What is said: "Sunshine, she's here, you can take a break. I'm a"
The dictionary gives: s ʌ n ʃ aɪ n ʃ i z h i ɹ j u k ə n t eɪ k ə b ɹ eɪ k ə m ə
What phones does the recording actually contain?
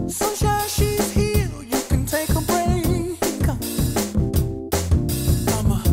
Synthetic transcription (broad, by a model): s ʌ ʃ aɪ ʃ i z h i l j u k ə n t eɪ k ə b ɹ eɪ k ə m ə